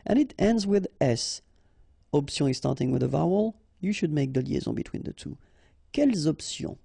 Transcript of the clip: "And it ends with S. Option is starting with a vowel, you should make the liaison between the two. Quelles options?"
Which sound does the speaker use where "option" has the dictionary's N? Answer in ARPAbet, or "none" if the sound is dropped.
none